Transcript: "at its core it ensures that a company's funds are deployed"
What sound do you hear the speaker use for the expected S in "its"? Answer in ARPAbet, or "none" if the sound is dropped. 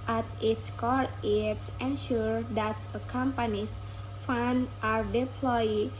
S